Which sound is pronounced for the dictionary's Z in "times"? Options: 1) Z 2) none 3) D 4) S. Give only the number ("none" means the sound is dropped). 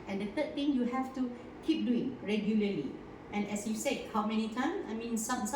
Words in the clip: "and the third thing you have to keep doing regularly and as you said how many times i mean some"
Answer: 2